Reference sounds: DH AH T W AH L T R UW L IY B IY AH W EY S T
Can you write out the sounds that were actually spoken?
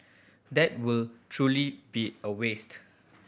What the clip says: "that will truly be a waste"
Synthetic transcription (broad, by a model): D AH T W AH L T R UW L IY B IY AH W EY S T